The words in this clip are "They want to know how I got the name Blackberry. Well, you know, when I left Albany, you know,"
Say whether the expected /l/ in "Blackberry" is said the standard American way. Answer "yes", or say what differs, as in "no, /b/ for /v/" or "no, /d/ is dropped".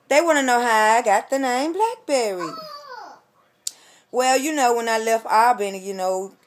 yes